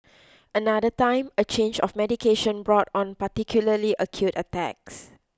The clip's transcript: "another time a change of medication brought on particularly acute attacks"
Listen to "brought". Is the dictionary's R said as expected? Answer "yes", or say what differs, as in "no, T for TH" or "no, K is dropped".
yes